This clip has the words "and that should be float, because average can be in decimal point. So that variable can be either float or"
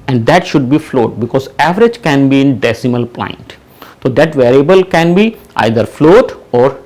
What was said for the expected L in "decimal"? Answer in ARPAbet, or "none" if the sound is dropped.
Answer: L